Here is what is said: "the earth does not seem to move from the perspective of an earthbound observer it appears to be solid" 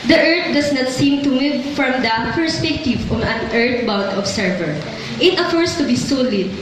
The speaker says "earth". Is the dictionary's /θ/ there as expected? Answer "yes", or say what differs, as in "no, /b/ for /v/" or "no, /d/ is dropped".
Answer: no, /t/ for /θ/